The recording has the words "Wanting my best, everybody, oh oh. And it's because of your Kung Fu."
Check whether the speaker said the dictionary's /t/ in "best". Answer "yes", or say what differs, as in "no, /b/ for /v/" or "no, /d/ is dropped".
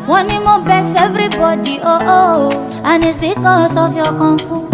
no, /t/ is dropped